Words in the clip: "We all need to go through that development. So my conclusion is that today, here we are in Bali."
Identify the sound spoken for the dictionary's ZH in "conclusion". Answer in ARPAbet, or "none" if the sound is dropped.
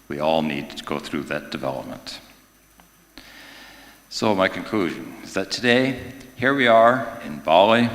ZH